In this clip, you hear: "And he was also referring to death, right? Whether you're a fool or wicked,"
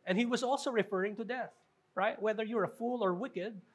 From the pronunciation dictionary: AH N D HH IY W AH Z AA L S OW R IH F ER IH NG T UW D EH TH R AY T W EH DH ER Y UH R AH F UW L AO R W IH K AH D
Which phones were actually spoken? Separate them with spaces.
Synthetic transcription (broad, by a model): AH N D HH IY W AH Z AA L S OW R IH F ER IH NG T UW D EH TH R AY T W EH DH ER Y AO R AH F UW L AO R W IH K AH D